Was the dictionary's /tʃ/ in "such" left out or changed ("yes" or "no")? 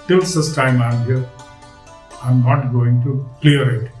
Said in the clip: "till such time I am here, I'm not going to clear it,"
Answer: yes